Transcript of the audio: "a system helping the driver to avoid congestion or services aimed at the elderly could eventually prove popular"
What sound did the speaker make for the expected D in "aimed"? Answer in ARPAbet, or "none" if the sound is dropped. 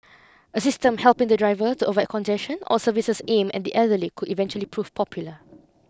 none